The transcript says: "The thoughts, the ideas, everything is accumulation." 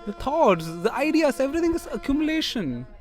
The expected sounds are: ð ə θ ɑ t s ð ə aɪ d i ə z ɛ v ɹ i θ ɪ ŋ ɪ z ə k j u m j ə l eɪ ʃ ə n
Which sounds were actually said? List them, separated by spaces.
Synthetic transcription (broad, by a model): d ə t ɑ t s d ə aɪ d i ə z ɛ v ɹ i t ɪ ŋ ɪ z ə k j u m j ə l eɪ ʃ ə n